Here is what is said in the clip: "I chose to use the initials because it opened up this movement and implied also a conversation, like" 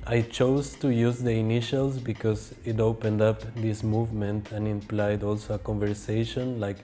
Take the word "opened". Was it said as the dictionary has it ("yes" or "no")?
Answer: yes